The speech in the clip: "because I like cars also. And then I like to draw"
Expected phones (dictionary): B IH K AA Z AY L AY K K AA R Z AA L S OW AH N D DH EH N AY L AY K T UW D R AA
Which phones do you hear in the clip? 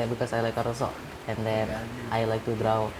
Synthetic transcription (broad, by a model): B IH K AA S AY L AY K K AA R AA S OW AH N D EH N AY L AY K T UW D R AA